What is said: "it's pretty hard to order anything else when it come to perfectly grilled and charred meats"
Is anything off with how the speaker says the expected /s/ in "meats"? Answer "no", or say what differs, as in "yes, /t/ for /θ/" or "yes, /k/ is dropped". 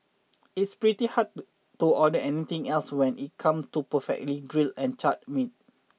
yes, /s/ is dropped